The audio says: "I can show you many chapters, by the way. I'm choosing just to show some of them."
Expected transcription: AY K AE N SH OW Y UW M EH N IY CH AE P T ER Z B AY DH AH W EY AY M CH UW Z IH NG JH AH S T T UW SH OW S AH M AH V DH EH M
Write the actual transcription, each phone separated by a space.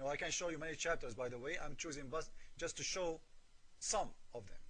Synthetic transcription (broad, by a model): AY K AE N SH OW Y UW M EH N IY CH AE P T ER Z B AY DH AH W EY AY M CH UW Z IH NG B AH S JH T UW SH OW S AH M AH V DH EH M